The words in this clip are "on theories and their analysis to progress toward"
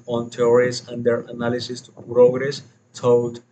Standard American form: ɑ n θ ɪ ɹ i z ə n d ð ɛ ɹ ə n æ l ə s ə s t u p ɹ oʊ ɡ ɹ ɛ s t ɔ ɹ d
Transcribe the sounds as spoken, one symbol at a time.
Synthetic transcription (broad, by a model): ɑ n t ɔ ɹ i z ə n d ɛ ɹ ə n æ l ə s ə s t u p ɹ oʊ ɡ ɹ ɛ s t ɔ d